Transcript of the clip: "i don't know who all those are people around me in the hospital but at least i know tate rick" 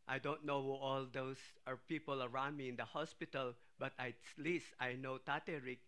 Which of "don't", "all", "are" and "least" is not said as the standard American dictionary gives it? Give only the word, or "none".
none